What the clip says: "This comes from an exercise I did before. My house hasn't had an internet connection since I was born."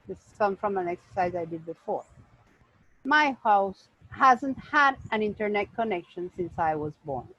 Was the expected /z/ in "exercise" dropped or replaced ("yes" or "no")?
no